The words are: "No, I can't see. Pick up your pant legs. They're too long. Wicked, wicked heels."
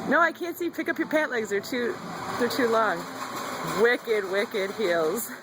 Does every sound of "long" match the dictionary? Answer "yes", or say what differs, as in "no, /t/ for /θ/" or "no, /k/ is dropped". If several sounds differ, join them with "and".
yes